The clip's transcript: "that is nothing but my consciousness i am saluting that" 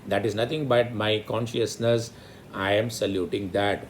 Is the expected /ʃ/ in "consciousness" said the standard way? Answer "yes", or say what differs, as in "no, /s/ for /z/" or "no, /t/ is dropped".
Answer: yes